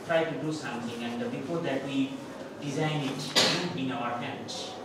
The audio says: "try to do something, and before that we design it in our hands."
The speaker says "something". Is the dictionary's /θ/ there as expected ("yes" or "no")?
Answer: no